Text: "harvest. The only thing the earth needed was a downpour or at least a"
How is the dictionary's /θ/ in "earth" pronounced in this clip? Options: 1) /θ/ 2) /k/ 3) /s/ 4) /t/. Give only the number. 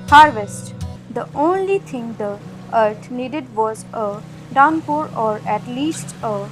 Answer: 4